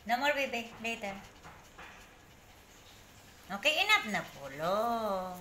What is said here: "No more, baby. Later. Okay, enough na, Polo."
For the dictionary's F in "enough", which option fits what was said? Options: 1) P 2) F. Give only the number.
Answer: 1